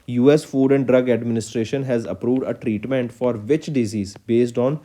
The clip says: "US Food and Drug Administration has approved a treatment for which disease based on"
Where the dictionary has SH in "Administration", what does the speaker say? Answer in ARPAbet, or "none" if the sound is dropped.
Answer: SH